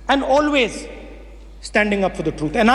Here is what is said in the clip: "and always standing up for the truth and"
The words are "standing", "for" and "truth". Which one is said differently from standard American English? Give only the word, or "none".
truth